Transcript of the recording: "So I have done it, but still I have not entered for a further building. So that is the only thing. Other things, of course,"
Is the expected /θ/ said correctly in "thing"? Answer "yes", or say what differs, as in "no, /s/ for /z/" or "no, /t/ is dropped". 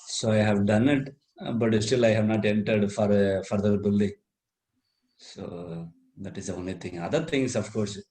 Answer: no, /t/ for /θ/